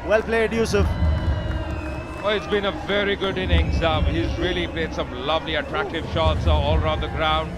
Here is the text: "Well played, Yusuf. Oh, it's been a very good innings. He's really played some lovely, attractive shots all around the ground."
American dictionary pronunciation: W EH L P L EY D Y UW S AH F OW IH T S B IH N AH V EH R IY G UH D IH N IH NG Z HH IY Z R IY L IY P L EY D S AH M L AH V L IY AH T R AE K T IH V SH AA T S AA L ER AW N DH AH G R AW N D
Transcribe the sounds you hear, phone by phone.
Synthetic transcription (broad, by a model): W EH L P L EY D Y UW S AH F OW IH T S B IH N AH V EH R IY G UH D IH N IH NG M HH IY Z R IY L IY P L EY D S AH M L AH V L IY AH T R AE K T IH V SH AA T S AA L ER AW N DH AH G R AW N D